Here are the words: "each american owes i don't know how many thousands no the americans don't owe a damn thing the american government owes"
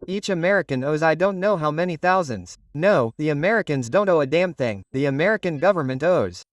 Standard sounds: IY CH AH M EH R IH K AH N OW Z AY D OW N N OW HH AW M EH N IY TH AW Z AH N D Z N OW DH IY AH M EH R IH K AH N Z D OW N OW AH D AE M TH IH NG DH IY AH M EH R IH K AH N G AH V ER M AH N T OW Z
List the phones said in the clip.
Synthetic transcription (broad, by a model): IY CH AH M EH R IH K AH N OW Z AY D OW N N OW HH AW M EH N IY TH AW Z AH N D Z N OW DH IY AH M EH R IH K AH N Z D OW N OW AH D AE M TH IH NG DH IY AH M EH R IH K AH N G AH V ER M AH N T OW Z